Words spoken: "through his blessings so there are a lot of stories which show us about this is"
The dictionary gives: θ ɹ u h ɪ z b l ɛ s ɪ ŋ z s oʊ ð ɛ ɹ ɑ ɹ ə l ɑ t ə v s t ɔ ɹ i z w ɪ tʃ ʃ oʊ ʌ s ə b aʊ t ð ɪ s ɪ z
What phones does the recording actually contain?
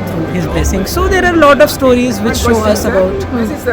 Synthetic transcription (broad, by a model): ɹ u h ɪ z b l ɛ s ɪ ŋ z s oʊ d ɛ ɹ ɑ ɹ l ɑ t ə v s t ɔ ɹ i z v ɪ tʃ ʃ oʊ ʌ s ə b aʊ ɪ ɪ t